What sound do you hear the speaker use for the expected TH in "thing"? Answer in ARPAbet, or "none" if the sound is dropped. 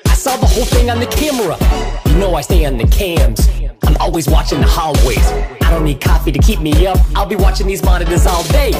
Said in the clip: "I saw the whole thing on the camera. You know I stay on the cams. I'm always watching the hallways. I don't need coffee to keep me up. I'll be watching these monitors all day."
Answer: TH